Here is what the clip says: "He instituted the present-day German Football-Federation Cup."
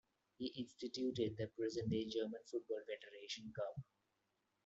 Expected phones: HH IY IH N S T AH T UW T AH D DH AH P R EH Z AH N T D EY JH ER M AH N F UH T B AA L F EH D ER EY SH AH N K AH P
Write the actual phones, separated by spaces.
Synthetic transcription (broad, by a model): HH IY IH N S T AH T UW T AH D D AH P R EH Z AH N D EY JH ER M AH N F UH T B AA L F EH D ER EY SH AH N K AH B